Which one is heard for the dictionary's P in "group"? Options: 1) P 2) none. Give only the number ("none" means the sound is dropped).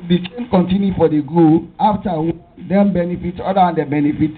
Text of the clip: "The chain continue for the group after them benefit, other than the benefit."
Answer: 2